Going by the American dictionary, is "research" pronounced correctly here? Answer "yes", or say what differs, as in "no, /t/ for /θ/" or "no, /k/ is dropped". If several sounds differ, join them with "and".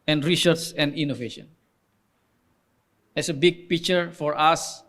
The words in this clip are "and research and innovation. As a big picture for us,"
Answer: no, /s/ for /tʃ/